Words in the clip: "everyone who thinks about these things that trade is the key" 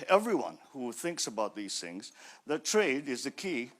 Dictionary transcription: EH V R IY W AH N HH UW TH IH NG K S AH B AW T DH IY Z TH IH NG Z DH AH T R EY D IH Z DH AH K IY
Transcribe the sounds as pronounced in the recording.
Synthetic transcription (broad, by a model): EH V R IY W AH N HH UW TH IH NG K S AH B AW T DH IY Z TH IH NG Z DH AH T R EY D IH Z DH AH K IY